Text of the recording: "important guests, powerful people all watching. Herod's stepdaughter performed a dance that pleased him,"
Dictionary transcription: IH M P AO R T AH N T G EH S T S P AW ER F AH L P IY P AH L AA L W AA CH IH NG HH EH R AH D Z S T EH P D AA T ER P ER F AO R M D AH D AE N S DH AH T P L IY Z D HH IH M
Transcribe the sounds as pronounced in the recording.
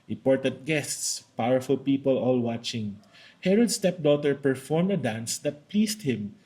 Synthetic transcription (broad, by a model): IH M P AO R T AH N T G EH S T S P AW ER F AH L P IY P AH L AA L W AA CH IH NG HH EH R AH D S T EH P D AA T ER P ER F AO R M D AH D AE N S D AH T P L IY S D HH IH M